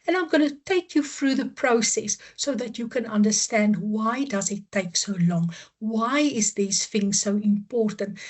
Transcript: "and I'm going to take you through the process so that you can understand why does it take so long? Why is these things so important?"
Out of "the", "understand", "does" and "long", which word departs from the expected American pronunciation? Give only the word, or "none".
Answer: none